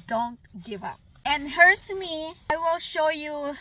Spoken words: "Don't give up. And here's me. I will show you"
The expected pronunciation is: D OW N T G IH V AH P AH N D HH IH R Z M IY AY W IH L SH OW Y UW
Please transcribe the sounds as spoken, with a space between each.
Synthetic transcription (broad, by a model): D OW N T G IH V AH P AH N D HH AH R S M IY AY W IH L SH OW Y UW